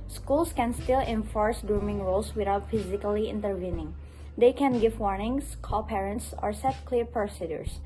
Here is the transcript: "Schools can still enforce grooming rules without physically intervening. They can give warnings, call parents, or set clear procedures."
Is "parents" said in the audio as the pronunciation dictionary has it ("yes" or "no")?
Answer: yes